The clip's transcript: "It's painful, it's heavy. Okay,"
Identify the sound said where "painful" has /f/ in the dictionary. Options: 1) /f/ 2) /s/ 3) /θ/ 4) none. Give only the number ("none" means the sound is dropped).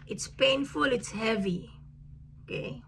1